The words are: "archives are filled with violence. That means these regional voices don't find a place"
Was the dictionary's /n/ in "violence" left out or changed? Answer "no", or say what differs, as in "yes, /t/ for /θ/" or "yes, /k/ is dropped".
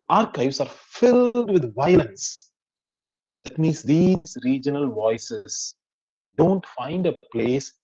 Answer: no